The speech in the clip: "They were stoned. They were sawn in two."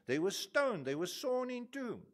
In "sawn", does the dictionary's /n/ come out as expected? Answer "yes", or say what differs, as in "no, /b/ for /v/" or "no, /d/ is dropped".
yes